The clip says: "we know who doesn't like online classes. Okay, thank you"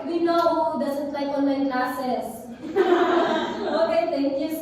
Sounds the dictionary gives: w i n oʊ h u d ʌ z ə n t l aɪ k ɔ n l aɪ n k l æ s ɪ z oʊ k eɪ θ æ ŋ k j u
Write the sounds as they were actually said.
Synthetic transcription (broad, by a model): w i n oʊ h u d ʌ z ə n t l aɪ k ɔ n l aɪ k l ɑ s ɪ s oʊ k eɪ t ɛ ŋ k j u